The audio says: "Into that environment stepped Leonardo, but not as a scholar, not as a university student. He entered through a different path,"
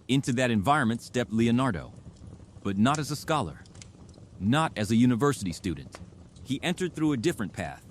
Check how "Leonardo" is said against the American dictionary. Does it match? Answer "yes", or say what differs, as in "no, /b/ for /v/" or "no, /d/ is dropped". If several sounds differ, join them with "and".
yes